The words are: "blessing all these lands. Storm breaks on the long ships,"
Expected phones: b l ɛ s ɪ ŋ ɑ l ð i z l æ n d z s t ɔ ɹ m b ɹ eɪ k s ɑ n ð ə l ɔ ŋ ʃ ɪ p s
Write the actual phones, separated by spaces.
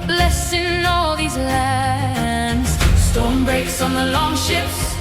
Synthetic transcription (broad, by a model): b l ɛ s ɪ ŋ ɑ l ð i z l æ n d z s t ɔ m b ɹ eɪ k s n ð ə l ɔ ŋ ʃ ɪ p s